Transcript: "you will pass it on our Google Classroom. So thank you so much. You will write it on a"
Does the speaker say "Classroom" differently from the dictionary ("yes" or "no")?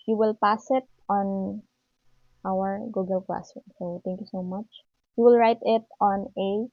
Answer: yes